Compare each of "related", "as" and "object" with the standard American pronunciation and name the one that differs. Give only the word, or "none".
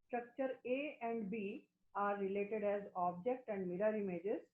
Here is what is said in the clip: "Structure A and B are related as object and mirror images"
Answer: none